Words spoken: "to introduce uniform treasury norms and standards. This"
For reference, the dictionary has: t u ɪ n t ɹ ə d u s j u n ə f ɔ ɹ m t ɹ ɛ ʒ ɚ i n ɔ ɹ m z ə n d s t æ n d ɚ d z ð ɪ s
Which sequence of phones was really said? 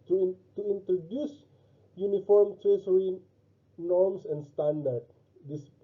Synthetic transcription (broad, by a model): t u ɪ n t ɹ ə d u s j u n ə f ɔ ɹ m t ɹ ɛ s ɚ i n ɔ ɹ m s ə n d s t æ n d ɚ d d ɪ s